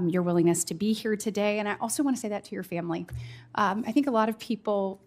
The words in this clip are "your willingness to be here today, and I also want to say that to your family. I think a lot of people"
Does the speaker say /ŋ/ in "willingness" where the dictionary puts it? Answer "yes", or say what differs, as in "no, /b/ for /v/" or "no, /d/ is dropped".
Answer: yes